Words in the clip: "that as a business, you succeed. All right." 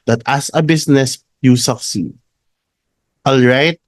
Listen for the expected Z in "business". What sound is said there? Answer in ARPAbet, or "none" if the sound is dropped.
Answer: S